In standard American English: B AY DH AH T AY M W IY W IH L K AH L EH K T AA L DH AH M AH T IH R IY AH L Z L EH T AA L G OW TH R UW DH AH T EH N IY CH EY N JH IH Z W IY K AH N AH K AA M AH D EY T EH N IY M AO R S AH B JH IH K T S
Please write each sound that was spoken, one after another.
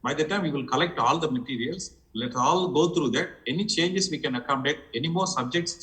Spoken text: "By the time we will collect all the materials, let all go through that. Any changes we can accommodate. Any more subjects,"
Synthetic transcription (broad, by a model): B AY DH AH T AY M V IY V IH L K AH L EH K T AA L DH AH M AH T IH R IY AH L S L EH T AA L G OW T R UW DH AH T EH N IY CH EY N JH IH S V IY K AH N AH K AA AH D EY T EH N IY M AO R S AH B JH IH K T S